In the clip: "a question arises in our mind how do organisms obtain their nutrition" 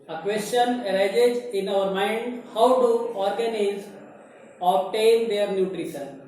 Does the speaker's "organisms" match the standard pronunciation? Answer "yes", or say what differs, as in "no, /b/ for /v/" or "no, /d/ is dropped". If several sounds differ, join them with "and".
no, /m/ is dropped